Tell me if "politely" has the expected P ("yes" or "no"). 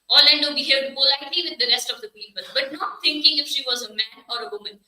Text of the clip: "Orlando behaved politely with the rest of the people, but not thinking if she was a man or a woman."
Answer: no